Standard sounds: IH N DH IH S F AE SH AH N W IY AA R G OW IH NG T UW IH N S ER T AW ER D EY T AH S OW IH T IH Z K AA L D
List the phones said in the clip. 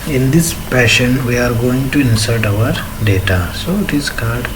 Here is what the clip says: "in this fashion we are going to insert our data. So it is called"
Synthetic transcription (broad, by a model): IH N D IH S P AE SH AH N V IY AA R G OW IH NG T UW IH N S ER T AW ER D EY T AH S OW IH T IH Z K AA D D